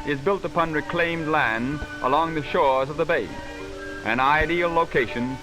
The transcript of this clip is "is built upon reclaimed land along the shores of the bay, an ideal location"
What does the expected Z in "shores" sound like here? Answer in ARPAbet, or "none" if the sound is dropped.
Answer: Z